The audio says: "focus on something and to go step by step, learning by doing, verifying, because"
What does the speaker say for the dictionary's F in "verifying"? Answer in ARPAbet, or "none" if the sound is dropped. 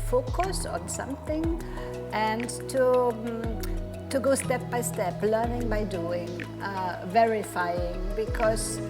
F